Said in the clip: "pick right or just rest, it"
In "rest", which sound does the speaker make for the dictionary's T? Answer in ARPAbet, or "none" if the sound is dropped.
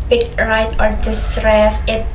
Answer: none